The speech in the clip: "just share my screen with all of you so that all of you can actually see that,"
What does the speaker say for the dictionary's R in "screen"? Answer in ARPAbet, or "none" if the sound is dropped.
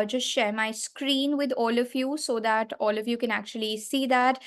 R